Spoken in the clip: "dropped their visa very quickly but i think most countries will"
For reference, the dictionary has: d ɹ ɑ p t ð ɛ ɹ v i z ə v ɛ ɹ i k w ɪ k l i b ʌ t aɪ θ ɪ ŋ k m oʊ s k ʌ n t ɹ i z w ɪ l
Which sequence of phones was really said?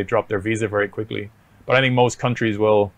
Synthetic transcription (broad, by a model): d ɹ ɑ p ð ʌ ɹ v i z ə v ɛ ɹ i k w ɪ k l i b ʌ t aɪ θ ɪ ŋ k m oʊ s k ʌ n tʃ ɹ i z w ɪ l